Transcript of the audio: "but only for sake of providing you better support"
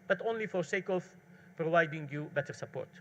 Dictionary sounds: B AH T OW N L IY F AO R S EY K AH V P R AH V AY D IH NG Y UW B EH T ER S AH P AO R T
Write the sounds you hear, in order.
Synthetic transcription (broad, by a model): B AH T OW N L IY F AO R S EY K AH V P R AH V AY D IH NG Y UW B EH T ER S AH P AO R T